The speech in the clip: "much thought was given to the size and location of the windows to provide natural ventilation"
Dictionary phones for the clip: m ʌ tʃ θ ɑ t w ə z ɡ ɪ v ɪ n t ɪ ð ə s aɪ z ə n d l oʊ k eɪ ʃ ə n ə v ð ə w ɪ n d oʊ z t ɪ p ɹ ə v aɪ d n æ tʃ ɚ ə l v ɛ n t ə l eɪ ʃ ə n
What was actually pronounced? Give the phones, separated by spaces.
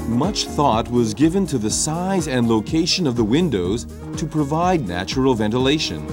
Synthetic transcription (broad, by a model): m ʌ tʃ θ ɑ t w ə z ɡ ɪ v ɪ n t ɪ ð ə s aɪ z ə n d l oʊ k eɪ ʃ ə n ə v ð ə w ɪ n d oʊ z t ɪ p ɹ ə v aɪ d n æ tʃ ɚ l v ɛ n t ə l eɪ ʃ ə n